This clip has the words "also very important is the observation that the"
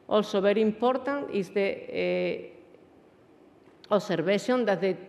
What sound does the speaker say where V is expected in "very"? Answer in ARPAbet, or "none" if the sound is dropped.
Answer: B